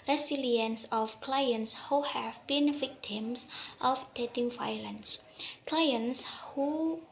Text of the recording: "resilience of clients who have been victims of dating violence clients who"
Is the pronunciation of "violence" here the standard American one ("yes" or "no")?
no